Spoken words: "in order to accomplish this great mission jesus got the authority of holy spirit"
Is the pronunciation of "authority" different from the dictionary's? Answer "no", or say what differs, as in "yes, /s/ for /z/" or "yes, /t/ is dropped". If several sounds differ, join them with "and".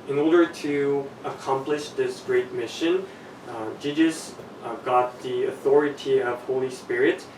no